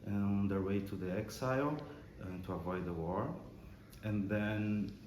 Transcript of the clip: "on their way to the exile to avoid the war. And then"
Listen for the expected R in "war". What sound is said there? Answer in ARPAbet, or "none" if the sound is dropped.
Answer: R